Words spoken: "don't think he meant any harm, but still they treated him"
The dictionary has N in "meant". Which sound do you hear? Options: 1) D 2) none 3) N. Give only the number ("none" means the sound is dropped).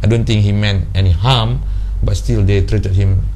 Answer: 3